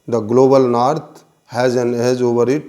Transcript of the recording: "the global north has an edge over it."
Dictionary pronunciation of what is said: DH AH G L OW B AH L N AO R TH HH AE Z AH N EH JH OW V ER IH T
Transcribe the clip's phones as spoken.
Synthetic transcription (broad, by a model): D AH G L OW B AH L N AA R T HH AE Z AH N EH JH OW V ER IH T